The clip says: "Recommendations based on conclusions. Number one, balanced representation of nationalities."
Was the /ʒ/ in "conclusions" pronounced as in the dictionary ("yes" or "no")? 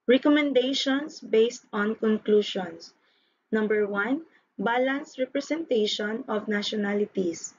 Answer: no